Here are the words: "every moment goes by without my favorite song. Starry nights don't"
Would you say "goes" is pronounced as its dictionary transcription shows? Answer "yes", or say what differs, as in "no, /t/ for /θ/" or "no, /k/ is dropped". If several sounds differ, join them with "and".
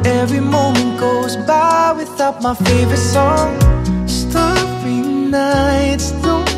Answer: yes